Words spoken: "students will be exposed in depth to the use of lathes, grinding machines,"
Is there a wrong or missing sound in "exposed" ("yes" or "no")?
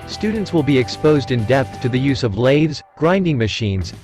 no